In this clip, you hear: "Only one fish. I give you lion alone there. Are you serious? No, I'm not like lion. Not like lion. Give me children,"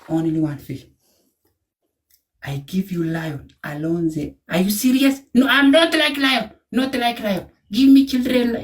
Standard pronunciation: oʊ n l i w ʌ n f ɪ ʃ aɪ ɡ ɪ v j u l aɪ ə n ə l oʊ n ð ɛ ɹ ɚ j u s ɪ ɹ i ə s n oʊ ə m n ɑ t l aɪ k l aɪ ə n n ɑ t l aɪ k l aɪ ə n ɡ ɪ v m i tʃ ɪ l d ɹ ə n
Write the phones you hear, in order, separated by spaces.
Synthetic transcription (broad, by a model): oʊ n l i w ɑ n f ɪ aɪ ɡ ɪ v j u l aɪ ə n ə l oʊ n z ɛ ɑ j u s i ɹ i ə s n oʊ ə m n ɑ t l aɪ k l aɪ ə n n ɑ t l aɪ k l aɪ ə n ɡ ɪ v m i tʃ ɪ l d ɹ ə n